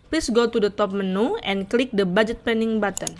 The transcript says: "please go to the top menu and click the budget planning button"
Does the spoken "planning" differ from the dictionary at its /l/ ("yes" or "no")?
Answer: yes